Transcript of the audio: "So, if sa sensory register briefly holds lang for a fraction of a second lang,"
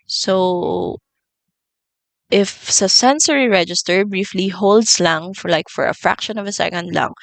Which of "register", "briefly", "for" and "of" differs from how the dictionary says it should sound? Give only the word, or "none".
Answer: none